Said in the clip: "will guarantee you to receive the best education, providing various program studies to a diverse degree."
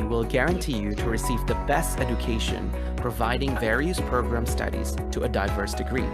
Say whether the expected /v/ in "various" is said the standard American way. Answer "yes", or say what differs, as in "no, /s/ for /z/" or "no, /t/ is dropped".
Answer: yes